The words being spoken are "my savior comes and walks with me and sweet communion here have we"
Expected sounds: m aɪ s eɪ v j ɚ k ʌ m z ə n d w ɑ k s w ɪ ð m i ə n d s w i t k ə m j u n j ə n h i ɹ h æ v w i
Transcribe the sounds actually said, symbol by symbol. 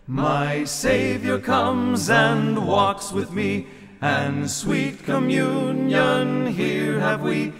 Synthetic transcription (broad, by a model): m aɪ s eɪ v j ɚ k ʌ m z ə n w ɑ k s w ɪ ð m i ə n s w i t k ə m j u n j ə n h i ɹ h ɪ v w i